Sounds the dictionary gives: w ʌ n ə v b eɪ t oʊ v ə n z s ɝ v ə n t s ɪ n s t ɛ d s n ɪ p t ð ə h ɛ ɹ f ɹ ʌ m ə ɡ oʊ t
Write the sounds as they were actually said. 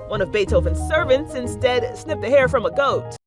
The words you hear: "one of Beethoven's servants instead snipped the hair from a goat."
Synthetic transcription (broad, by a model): w ʌ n ə v b eɪ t oʊ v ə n s ɝ v ə n t s ɪ n s t ɛ d s n ɪ p ð ə h ɛ ɹ f ɹ ʌ m ə ɡ oʊ t